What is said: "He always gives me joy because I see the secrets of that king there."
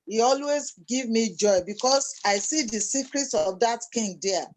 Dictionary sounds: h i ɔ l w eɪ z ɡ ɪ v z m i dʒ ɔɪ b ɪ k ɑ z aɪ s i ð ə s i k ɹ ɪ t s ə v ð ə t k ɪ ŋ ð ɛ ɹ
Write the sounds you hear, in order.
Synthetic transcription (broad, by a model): h i ɔ l w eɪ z ɡ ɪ v m i dʒ ɔɪ b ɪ k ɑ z aɪ s i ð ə s i k ɹ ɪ t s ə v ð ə t k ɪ ŋ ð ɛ